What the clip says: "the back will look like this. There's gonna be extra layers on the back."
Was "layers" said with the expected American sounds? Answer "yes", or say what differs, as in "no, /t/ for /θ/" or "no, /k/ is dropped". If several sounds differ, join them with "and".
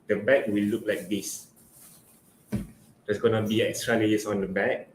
no, /s/ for /z/